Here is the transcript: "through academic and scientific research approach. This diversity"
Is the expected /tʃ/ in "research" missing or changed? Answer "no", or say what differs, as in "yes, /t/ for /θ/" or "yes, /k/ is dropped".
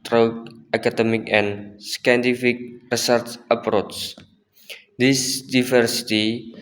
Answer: yes, /s/ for /tʃ/